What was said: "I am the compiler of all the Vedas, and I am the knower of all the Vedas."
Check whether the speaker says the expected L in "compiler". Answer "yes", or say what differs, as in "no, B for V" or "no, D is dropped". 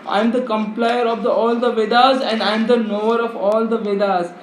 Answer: no, L is dropped